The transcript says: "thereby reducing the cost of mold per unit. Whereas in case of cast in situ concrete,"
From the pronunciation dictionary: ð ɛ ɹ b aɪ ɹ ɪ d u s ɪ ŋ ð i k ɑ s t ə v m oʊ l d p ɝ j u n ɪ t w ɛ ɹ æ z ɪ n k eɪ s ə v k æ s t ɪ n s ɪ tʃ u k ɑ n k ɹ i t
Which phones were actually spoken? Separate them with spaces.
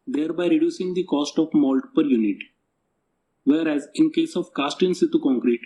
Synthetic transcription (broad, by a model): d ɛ ɹ b aɪ ɹ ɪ d u s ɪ ŋ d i k ɑ s t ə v m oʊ l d p ɝ j u n ɪ t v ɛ ɹ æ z ɪ n k eɪ s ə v k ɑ s t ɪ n s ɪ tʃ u k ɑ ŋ k ɹ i t